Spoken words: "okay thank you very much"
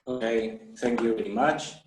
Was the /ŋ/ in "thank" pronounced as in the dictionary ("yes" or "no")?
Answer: yes